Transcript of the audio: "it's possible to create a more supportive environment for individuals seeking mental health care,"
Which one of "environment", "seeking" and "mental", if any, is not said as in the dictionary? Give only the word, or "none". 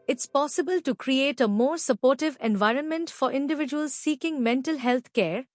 none